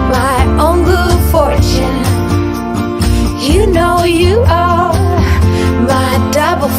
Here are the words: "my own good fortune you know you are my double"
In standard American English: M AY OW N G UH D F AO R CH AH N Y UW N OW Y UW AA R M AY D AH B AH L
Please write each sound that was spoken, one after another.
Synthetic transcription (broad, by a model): M AY OW N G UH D F AO R CH AH N Y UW N OW Y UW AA L M AY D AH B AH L